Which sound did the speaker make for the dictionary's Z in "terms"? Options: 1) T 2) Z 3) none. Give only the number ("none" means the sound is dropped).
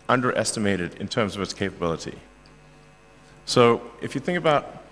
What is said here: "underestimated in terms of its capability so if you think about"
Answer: 2